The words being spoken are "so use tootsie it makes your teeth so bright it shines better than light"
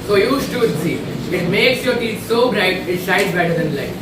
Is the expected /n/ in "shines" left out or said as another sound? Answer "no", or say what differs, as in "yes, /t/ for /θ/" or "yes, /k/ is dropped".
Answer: yes, /n/ is dropped